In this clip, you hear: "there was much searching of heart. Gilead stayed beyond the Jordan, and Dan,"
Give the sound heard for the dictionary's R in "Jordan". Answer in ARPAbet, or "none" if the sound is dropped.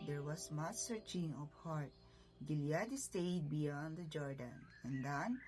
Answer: R